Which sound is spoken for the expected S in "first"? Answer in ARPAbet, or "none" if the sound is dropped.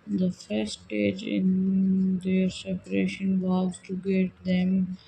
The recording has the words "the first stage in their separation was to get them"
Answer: none